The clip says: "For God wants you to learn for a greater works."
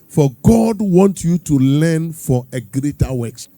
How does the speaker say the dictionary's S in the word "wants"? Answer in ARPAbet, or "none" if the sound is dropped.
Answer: none